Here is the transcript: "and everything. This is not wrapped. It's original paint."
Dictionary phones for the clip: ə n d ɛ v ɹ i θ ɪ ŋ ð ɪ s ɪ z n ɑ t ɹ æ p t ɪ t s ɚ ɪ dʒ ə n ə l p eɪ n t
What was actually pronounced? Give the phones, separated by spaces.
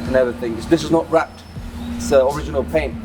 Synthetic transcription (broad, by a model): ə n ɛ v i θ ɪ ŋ ð ɪ s ɪ z n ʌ t ɹ æ p t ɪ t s ɚ ɪ dʒ ə n ə l p eɪ n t